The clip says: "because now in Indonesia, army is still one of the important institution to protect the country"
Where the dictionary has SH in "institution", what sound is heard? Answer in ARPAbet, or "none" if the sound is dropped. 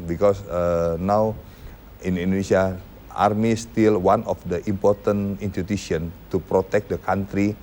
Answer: none